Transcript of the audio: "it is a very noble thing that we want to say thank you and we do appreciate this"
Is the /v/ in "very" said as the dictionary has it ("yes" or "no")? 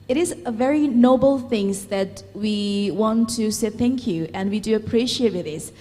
yes